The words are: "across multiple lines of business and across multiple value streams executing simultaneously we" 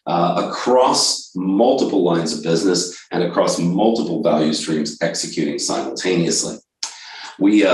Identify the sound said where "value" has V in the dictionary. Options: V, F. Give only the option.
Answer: V